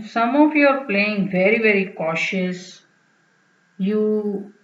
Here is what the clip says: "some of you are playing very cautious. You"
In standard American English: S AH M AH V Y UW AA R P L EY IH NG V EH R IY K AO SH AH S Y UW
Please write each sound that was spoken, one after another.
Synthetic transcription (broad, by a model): S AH M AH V Y UW AA R P L EY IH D V EH R IY K AO SH AH S Y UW